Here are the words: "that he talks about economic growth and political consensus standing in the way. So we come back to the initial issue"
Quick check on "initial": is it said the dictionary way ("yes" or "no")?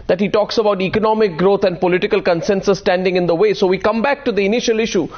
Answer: yes